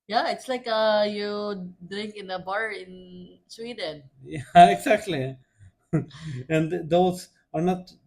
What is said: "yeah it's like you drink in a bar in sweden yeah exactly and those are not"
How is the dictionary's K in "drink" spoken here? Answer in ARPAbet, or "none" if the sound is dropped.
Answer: K